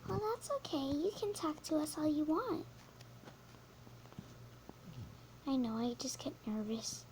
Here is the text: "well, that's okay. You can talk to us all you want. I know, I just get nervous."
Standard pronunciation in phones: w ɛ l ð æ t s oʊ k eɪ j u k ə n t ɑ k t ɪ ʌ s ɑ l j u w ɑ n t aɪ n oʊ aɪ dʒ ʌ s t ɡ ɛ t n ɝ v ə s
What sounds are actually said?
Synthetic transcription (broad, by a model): w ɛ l ð æ t s oʊ k eɪ j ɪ k ə n t ɑ k t ɪ ʌ s ɑ l j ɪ w ɑ n t aɪ n oʊ aɪ dʒ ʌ s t ɡ ɛ t n ɝ v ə s